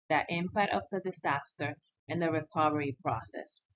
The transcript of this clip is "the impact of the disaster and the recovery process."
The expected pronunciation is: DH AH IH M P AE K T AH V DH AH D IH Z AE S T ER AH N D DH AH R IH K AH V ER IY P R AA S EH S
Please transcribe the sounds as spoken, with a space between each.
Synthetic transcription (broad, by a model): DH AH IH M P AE T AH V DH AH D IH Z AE S T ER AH N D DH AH R IH K AH V ER IY P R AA S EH S